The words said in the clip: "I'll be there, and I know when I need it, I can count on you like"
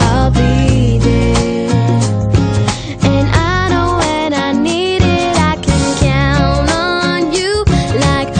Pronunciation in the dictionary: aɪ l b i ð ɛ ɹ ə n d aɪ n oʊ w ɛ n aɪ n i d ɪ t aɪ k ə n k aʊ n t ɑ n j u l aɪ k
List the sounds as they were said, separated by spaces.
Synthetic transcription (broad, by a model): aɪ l b i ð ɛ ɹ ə n aɪ n oʊ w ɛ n aɪ n i d ɪ t aɪ k ə n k aʊ n ʌ n j u l aɪ k